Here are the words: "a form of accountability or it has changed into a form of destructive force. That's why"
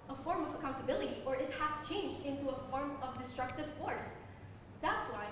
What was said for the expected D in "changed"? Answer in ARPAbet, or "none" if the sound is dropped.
D